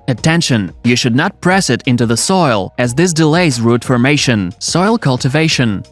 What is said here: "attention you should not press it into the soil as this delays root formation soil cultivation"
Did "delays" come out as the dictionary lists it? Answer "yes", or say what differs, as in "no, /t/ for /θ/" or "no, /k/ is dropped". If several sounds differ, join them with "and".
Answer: yes